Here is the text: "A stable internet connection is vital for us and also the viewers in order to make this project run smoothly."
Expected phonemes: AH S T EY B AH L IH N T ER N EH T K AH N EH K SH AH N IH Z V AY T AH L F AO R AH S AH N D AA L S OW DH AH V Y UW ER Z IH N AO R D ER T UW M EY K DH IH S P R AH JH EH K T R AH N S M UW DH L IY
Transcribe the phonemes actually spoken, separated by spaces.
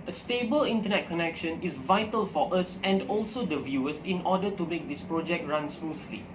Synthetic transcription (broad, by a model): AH S T EY B AH L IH N T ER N EH T K AH N EH K SH AH N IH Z V AY T AH L F AO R AH S AH N D AA L S OW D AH V Y UW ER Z IH N AO D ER T UW M EY K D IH S P R AH JH EH K T R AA N S M UW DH L IY